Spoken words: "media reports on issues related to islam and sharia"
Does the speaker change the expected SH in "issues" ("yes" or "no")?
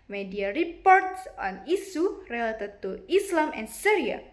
yes